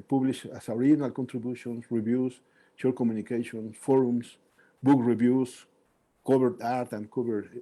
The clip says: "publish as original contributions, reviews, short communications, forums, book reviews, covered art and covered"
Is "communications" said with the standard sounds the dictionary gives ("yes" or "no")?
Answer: no